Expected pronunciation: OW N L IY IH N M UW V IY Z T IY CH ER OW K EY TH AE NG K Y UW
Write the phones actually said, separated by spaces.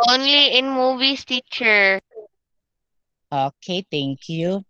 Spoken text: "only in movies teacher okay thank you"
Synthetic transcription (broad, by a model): OW N L IY IH N M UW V IY S T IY CH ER OW K EY T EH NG K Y UW